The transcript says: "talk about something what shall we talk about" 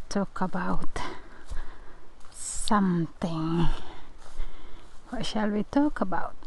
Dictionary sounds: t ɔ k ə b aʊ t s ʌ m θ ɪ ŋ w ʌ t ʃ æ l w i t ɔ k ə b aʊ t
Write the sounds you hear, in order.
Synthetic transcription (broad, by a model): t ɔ k ə b aʊ t s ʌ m t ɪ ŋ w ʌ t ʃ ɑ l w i t ɔ k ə b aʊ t